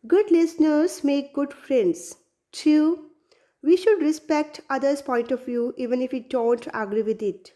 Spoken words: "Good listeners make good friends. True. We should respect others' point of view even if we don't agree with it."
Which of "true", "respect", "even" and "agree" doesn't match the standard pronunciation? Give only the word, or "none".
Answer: true